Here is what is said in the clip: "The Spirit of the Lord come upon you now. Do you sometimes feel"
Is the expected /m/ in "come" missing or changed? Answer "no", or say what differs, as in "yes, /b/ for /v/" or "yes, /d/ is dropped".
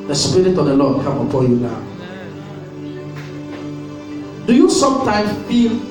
yes, /m/ is dropped